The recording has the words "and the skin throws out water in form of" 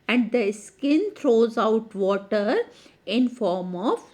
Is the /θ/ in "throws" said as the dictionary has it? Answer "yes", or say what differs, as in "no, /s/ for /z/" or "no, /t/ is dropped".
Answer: no, /t/ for /θ/